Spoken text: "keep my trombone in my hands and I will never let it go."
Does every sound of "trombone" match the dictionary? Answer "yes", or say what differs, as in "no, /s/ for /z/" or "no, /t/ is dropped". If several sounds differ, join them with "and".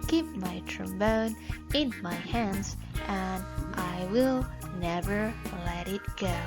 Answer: yes